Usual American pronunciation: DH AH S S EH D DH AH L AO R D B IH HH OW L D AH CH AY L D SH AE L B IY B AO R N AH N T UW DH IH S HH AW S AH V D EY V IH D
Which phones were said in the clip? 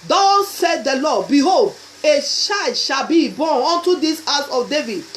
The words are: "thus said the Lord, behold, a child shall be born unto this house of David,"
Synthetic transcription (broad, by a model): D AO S S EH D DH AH L AO B IH HH OW L D AH SH AY D SH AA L B IY B AO N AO N T UW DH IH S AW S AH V D EY V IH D